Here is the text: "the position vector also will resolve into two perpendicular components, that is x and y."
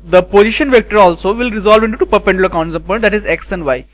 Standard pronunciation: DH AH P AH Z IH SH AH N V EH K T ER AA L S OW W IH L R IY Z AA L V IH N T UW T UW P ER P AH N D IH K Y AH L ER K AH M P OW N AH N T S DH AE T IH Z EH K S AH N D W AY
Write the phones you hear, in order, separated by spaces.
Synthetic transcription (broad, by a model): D AH P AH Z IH SH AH N V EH K T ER AA L S OW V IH L R IY Z AA L V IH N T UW T UW P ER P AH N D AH K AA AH N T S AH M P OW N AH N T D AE T IH Z EH K S AH N D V AY